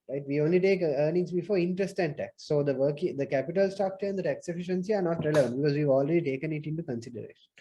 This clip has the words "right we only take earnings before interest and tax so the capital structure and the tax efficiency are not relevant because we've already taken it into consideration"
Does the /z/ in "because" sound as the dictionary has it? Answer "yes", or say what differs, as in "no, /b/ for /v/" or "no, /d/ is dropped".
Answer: yes